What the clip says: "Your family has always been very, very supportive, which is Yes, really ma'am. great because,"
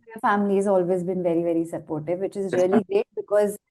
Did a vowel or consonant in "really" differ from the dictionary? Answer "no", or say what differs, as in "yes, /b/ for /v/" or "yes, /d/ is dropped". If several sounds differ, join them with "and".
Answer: yes, /l/ is dropped